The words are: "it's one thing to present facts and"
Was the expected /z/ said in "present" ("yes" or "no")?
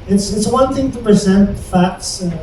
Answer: yes